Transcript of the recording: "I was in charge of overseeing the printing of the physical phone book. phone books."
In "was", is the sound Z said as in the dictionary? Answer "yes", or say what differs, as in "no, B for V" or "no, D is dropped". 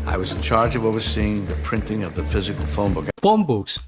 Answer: yes